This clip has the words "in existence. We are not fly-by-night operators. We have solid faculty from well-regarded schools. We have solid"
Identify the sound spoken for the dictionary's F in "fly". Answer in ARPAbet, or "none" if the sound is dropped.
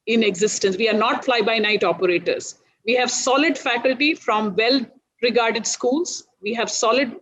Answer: F